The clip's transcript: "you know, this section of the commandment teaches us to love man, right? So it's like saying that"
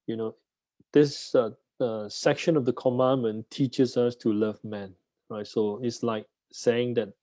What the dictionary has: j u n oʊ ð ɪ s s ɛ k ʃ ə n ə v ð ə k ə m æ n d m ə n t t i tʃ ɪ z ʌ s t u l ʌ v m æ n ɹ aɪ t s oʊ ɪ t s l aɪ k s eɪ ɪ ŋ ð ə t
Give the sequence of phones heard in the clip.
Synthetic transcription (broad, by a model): j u n oʊ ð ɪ s s ɛ k ʃ ə n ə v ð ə k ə m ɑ n m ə n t t i tʃ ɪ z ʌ s t u l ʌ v m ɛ n ɹ aɪ t s oʊ ɪ t s l aɪ k s eɪ ɪ ŋ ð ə t